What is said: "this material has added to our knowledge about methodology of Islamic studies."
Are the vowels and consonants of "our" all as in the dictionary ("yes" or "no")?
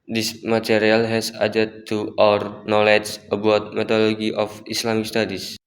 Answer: yes